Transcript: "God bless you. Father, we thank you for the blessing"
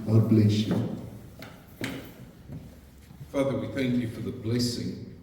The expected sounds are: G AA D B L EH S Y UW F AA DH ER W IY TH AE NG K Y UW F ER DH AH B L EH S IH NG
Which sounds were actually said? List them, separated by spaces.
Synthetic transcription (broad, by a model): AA B L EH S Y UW F AA DH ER W IY TH AE NG K Y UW F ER DH AH B L EH S IH NG